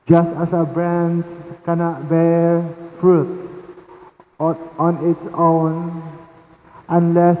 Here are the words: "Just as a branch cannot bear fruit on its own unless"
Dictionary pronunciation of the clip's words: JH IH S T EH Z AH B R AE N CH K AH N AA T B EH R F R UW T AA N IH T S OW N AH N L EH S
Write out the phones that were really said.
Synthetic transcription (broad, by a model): JH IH S T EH S AH B R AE N S K AH N AA T B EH F R UW T AA N IH T S OW N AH N L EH S